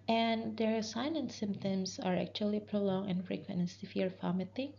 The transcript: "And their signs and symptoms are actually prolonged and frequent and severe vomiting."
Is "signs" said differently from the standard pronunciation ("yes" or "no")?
yes